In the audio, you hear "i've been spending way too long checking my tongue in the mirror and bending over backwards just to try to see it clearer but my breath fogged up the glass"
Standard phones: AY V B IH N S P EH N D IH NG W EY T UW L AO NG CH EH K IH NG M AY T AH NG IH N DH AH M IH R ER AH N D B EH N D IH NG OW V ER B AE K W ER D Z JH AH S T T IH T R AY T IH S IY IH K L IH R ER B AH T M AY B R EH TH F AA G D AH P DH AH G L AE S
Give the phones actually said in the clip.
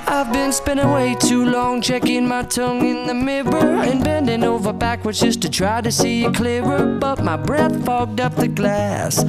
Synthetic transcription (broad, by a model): AY V B IH N S P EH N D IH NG W EY T UW L AO NG CH EH K IH NG M AY T AH NG IH N DH AH M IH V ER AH N B EH N D IH NG OW V ER B AE K W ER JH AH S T T IH T R AY T IH S IY IH K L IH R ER B AH T M AY B R EH TH F AA G D AH P DH AH G L AE S